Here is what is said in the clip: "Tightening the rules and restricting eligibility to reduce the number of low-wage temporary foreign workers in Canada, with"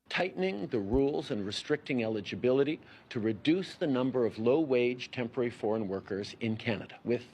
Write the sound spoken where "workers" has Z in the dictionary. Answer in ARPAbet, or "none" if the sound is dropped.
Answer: Z